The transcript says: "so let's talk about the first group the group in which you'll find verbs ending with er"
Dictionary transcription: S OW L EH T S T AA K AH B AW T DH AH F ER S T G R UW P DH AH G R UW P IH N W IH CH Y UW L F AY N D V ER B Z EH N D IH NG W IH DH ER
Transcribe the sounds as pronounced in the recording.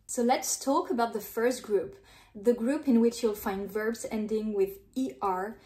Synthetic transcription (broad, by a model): S OW L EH T S T AA K AH B AW T DH AH F ER S T G R UW P DH AH G R UW P IH N W IH CH Y UW L F AY N D V ER B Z EH N D IH NG W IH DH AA